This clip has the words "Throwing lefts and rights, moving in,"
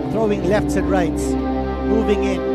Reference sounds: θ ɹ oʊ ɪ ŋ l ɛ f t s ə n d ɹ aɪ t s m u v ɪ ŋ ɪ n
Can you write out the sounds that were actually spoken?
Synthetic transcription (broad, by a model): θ ɹ oʊ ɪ ŋ l ɛ f t s ə n d ɹ aɪ t s m u v ɪ ŋ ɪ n